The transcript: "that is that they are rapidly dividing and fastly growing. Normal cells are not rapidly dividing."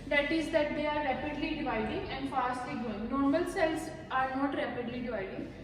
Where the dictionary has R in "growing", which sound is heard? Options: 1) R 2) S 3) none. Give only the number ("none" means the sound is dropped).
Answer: 3